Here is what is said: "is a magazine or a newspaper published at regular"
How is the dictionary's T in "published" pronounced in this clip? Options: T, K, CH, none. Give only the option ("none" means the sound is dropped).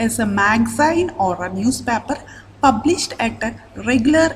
T